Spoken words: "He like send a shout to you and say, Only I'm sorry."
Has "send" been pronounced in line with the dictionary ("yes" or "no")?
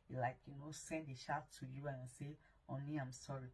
yes